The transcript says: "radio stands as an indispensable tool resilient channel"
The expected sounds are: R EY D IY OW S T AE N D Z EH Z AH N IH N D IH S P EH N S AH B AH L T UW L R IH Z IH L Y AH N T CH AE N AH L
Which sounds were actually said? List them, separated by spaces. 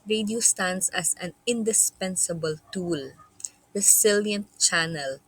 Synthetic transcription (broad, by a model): R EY D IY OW S T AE N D S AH S AH N IH N D IH S P EH N S AH B AH L T UW L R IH S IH L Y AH N T CH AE N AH L